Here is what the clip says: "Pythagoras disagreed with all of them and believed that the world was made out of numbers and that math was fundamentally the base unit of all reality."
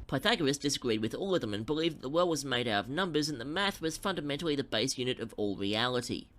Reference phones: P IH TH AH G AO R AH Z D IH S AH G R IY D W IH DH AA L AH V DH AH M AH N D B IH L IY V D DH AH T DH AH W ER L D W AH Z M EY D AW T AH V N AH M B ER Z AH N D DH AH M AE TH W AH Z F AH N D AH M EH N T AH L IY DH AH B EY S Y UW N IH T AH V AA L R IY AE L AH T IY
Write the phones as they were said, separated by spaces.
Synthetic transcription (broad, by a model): P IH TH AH G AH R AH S D IH S AH G R IY D W IH DH AA L AH V DH AH M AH N B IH L IY V DH AH T DH AH W ER L D W AH Z M EY D AW T AH V N AH M B ER Z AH N DH AH M AE TH W AH Z F AH N D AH M EH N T L IY DH AH B EY S Y UW N IH T AH V AA L R IY AE L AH T IY